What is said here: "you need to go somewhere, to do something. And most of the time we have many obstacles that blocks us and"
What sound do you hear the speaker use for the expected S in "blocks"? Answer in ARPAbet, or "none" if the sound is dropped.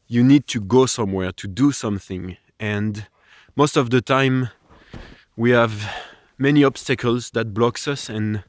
S